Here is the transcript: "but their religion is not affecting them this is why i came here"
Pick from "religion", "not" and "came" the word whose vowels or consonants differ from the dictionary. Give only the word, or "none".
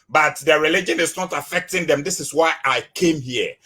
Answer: none